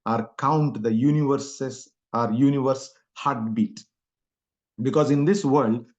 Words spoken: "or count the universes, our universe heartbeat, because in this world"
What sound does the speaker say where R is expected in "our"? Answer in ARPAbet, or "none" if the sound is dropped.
R